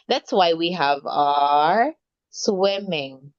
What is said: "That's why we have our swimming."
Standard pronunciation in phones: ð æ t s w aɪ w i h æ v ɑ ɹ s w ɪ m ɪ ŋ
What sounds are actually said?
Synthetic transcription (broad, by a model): ð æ t s w aɪ w i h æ v ɑ ɹ s w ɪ m ɪ ŋ